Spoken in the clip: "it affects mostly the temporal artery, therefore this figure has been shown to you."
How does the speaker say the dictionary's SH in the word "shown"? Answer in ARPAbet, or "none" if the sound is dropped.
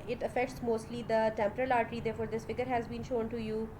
SH